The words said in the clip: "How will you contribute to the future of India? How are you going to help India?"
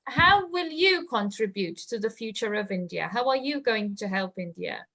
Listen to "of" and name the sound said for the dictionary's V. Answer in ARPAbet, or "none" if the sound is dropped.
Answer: V